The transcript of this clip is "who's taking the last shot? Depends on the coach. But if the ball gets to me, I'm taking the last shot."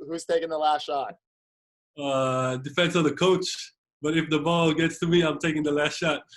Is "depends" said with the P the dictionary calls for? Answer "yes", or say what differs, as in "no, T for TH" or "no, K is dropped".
no, F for P